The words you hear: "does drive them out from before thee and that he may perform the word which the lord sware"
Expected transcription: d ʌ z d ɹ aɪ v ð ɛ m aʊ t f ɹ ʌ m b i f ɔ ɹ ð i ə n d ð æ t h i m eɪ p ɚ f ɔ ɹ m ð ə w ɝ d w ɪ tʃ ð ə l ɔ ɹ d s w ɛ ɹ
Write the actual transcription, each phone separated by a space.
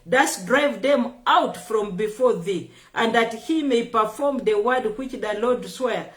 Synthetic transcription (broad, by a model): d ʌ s d ɹ aɪ v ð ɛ m aʊ t f ɹ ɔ m b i f ɔ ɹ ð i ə n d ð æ t h i m eɪ p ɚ f ɔ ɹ m ð ə w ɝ d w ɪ tʃ ð ə l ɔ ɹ d s w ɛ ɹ